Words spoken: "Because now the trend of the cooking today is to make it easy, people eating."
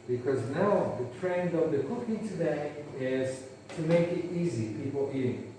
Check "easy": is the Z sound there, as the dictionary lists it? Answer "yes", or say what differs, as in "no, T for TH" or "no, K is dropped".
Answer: yes